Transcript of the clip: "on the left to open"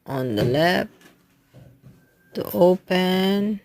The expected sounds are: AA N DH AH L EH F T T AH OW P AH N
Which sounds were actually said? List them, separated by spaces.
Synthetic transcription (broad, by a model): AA N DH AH L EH P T T AH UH P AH N